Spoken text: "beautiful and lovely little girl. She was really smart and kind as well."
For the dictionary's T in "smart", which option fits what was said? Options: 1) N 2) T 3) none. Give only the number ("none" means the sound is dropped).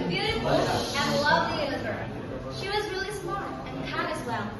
3